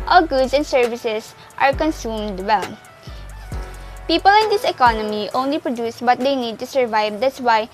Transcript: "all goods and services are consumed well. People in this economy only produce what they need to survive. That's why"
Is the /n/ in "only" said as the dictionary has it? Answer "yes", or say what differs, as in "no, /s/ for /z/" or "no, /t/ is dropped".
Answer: yes